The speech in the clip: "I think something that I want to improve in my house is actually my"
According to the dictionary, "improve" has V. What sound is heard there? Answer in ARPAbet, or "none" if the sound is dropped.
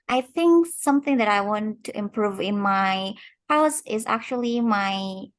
V